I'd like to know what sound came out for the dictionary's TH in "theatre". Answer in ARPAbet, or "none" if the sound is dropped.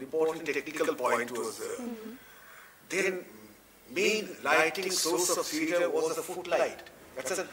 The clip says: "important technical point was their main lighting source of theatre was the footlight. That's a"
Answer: S